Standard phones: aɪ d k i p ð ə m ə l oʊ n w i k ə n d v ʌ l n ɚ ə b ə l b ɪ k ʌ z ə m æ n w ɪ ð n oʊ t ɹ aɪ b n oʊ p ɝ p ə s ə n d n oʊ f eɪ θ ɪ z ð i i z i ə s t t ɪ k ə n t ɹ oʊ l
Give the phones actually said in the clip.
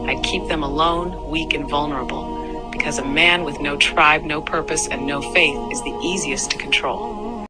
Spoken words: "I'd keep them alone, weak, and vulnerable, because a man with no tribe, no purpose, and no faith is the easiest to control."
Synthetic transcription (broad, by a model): aɪ d k i p ð ə m ə l oʊ n w i k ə n v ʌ l n ɚ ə b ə l b ɪ k ʌ z ə m æ n w ɪ ð n oʊ t ɹ aɪ b n oʊ p ɝ p ə s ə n n oʊ f eɪ θ ɪ z ð i i z i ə s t t ɪ k n t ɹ oʊ l